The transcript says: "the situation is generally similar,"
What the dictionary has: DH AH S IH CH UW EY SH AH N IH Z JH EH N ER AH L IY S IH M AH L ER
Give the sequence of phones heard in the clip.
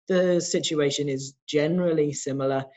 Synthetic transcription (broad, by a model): DH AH S IH CH UW EY SH AH N IH Z JH EH N ER AH L IY S IH M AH L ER